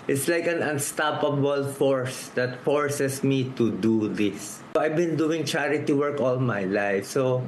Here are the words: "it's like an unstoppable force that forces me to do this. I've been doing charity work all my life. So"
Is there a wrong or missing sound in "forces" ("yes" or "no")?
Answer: yes